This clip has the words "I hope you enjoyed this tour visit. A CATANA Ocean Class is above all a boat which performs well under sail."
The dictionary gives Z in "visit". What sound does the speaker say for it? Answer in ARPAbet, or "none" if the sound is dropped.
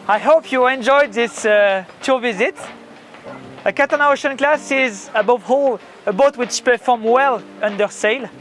Z